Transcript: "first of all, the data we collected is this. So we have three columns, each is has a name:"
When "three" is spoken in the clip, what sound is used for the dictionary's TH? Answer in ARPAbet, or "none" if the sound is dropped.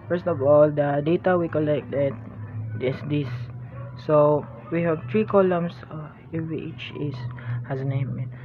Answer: T